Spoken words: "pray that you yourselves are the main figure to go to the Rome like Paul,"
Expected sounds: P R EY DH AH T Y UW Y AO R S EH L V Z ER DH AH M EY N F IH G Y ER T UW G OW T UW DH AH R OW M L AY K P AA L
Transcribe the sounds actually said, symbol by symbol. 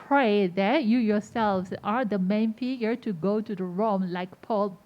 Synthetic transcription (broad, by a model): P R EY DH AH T Y UW Y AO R S EH L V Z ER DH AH M EY N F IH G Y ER T UW G OW T UW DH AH R OW M L AY K P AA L